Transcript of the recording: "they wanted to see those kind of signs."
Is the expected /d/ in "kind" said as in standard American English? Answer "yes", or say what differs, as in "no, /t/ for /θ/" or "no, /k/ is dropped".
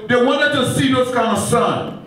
no, /d/ is dropped